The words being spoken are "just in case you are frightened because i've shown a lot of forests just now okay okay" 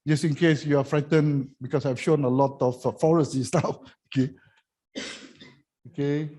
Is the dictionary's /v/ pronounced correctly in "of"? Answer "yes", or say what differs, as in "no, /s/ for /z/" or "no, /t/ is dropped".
no, /f/ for /v/